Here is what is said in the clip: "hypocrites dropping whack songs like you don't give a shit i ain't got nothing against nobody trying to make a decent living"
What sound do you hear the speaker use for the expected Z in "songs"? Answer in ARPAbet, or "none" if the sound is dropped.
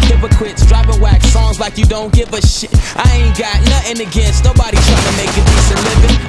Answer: Z